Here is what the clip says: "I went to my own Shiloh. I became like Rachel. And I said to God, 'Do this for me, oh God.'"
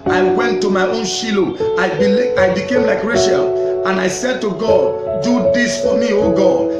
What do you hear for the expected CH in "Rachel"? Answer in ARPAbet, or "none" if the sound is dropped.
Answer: SH